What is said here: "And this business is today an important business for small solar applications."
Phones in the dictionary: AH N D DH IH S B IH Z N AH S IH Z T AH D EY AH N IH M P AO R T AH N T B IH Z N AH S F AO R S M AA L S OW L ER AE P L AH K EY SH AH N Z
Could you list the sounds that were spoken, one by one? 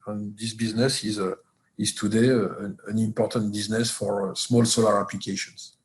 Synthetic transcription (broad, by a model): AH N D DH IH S B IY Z N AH S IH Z T AH D EY AH N IH M P AO R T AH N T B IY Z N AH S F AO R S M AA L S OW L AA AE P L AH K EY SH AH N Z